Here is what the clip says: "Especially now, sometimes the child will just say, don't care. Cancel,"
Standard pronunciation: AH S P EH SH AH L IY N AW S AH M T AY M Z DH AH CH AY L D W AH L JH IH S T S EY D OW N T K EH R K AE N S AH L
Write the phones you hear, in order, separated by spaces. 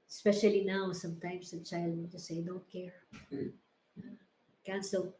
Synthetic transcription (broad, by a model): S P EH SH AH L IY N AW S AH M T AY M S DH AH CH AY L D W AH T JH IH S S EY D OW N T K EH R K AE N S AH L